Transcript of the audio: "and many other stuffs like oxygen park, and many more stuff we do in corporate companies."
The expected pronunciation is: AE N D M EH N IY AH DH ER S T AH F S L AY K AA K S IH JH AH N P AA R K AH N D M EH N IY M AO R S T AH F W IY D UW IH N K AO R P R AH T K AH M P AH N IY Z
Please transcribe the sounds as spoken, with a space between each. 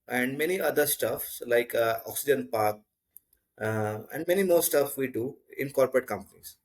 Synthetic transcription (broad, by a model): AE N D M EH N IY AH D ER S T AH F S L AY K AA K S IH JH AH N P AA R K AH N D M EH N IY M AO R S T AH F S IY D UW IH N K AO R P R AH T K AH M P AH N IY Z